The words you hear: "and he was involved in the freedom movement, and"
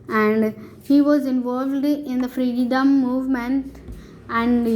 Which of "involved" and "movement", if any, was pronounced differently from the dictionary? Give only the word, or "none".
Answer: none